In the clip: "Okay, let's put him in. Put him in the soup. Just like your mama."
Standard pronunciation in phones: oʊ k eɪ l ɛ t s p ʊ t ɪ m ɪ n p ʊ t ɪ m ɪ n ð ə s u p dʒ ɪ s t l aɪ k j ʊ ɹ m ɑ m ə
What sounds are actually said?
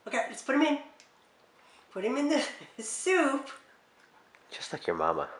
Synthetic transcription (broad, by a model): oʊ k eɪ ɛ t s p ʊ t ɪ m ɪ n p ʊ t ɪ m ɪ n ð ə s u p tʃ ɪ s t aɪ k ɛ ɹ m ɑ m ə